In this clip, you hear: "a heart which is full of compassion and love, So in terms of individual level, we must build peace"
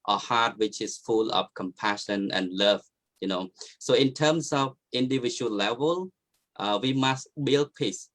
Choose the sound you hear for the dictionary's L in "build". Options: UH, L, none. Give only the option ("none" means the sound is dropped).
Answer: L